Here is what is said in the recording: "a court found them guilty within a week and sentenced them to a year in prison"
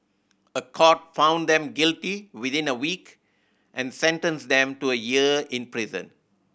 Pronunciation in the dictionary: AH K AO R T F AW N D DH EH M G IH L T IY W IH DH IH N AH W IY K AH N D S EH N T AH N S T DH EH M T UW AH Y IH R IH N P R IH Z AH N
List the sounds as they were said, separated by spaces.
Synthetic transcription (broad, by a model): AH K AO T F AW N D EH M G IH L T IY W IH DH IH N AH W IY K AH N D S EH N T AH N S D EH M T UW AH Y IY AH IH N P R IH Z AH N